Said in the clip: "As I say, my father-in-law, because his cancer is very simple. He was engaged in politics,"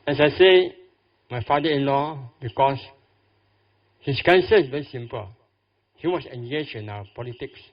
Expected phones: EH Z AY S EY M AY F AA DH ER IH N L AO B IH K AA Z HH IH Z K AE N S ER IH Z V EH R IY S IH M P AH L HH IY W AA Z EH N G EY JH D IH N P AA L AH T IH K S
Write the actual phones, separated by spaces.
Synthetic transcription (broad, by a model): EH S AY S EY M AY F AA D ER IH N L AO B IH K AA S HH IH S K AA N S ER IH S V EH R IY S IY M P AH L HH IY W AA S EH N G EY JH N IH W P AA L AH T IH K S